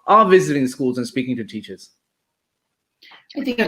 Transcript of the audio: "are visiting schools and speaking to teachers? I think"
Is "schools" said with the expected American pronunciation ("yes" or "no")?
yes